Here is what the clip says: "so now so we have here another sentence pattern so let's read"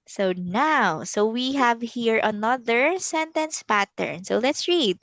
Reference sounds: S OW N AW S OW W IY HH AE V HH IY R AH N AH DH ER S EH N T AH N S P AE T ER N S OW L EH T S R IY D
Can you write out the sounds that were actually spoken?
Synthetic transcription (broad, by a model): S OW N AW S OW W IY HH AE V HH IY R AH N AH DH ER S EH N T AH N S P AE T ER N S OW L EH T S R IY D